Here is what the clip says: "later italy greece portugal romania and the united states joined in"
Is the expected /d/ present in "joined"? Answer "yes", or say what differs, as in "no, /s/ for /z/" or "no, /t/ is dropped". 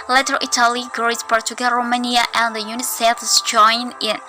no, /d/ is dropped